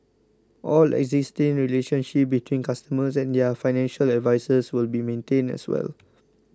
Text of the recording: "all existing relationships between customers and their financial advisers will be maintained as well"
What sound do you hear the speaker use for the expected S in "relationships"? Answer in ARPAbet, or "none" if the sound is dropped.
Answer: none